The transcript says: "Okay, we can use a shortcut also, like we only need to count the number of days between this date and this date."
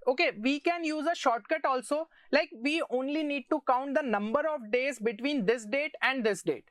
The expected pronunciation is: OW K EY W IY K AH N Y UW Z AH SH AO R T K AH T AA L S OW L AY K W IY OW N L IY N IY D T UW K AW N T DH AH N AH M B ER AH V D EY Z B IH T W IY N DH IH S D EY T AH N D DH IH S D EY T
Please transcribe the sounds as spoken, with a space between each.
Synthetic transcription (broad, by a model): OW K EY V IY K AH N Y UW Z AH SH AO R T K AH T AA L S OW L AY K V IY OW N L IY N IY D T UW K AW N T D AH N AH M B ER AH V D EY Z B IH T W IY N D IH S D EY T AH N D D IH S D EY T